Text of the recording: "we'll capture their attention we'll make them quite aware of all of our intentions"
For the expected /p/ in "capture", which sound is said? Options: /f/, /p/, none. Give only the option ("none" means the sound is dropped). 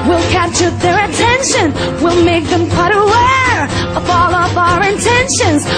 none